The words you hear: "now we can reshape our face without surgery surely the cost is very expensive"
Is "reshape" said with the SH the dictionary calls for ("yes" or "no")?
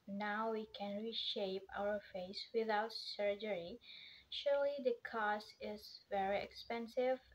yes